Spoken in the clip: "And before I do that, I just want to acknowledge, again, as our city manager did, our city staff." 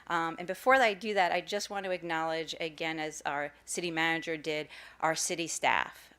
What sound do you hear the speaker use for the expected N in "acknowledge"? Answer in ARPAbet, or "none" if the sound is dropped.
N